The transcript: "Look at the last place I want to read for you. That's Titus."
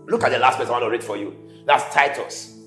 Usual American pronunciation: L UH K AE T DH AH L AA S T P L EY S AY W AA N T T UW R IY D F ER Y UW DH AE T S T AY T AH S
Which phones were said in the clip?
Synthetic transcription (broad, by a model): L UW K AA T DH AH L AA S T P EY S AY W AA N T T UW R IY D F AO Y UW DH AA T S T AY T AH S